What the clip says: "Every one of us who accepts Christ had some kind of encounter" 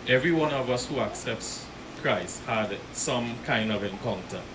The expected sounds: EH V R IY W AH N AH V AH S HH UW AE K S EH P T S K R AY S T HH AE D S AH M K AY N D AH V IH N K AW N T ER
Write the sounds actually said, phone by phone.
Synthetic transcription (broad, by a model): EH V R IY W AH N AH V AH S HH UW AE K S EH P T S K R AY S T HH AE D S AH M K AY N D AH V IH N K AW N T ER